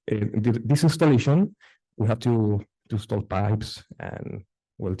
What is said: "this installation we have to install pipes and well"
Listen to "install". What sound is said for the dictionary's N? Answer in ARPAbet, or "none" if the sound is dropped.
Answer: none